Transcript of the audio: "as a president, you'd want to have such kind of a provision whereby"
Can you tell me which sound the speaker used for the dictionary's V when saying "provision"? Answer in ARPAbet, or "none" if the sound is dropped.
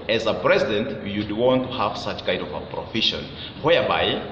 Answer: F